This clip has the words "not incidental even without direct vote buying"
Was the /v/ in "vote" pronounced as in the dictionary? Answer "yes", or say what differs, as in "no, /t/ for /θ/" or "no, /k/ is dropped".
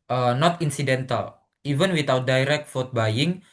no, /f/ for /v/